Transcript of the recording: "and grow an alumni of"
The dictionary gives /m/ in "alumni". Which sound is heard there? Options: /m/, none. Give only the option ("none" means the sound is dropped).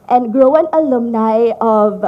/m/